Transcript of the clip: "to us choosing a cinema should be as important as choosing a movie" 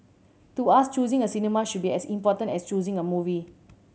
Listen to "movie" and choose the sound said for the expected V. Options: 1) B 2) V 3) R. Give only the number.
2